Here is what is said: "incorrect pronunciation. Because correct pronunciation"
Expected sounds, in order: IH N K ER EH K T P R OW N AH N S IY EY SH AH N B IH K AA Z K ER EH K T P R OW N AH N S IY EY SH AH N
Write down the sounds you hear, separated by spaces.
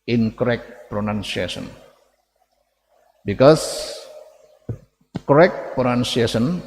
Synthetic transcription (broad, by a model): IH N K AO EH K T P R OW N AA N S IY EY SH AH N B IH K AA S K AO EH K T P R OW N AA N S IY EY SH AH N